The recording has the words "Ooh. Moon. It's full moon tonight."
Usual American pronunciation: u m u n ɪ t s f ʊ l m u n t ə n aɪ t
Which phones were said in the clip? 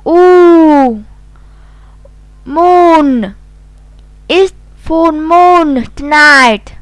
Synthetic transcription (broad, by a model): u m u n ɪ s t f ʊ n m u n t n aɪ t